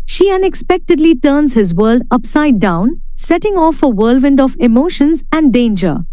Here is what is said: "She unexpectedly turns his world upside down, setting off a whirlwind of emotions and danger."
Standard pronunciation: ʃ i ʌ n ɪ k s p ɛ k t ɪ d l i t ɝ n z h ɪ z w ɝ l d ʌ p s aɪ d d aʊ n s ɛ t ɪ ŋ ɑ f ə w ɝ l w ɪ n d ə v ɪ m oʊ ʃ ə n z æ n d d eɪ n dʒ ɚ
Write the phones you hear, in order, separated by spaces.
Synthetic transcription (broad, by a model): ʃ i ʌ n ɪ k s p ɛ k t ɪ d l i t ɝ n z h ɪ z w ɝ l d ʌ p s aɪ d d aʊ n s ɛ t ɪ ŋ ɑ f ə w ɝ l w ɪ n d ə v ɪ m oʊ ʃ ə n z æ n d d eɪ n dʒ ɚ